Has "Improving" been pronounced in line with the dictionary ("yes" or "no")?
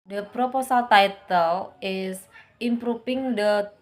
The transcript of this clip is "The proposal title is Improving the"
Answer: no